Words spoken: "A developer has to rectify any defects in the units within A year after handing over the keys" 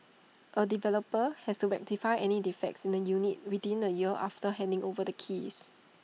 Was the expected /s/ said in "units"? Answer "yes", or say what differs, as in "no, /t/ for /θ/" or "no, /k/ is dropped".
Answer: no, /s/ is dropped